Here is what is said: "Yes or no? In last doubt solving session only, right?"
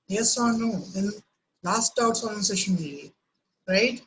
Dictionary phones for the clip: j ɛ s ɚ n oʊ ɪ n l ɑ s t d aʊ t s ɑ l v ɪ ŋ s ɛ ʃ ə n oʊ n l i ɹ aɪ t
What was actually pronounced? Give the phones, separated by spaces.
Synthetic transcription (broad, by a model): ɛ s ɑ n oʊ ɪ n l ɑ s t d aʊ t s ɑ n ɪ s ɛ ʃ ə n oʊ l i ɹ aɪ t